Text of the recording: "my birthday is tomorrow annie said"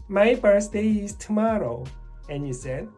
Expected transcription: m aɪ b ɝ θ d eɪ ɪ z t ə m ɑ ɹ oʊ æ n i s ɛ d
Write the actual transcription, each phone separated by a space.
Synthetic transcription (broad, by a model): m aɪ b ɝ s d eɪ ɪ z t ə m ɑ ɹ oʊ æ n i s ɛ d